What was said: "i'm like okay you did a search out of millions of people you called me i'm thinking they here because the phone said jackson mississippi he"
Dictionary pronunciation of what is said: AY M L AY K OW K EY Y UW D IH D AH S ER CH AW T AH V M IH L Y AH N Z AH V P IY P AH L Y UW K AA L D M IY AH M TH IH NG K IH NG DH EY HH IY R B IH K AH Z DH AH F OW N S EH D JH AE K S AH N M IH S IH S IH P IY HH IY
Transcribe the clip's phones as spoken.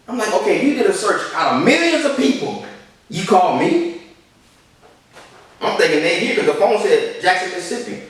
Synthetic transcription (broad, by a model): AY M L AY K OW K EY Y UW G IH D AH S ER CH AW T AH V M IH L Y AH N Z AH V P IY P L Y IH K AA L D M IY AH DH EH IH K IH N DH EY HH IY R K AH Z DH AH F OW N S EH D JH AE K S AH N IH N S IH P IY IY